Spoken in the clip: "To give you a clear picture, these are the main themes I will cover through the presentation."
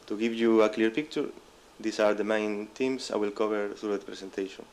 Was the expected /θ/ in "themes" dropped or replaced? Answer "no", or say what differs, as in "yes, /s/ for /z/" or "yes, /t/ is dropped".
yes, /t/ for /θ/